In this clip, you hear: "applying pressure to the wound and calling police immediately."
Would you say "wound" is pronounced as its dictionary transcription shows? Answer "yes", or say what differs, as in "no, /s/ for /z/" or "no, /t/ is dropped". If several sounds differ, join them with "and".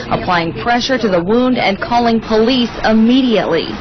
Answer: yes